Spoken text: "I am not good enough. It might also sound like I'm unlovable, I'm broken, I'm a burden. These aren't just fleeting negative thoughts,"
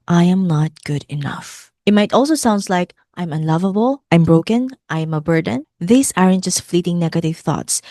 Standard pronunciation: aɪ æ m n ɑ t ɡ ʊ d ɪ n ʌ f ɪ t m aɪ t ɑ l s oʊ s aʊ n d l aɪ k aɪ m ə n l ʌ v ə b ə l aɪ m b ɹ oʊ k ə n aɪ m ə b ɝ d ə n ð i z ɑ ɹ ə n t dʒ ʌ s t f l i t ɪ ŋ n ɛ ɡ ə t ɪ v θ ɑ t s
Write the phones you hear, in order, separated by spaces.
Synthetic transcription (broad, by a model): aɪ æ m n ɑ t ɡ ʊ d ɪ n ʌ f ɪ t m aɪ t ɑ l s oʊ s aʊ n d l aɪ k aɪ m ə n l ʌ v ə b ə l aɪ m b ɹ oʊ k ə n aɪ m ə b ɝ d ə n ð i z ɑ ɹ ə n t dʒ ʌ s t f l i t ɪ ŋ n ɛ ɡ ə t ɪ v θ ɑ t s